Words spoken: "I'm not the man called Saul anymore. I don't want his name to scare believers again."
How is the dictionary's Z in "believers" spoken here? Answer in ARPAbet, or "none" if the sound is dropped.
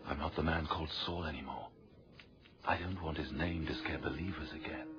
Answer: Z